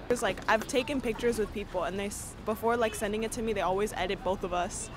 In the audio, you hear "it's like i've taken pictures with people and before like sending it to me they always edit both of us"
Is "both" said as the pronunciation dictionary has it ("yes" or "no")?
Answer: yes